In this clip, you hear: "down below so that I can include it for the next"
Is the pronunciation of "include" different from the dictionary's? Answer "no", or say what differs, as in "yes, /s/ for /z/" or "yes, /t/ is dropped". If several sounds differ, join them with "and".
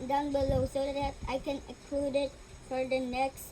yes, /n/ is dropped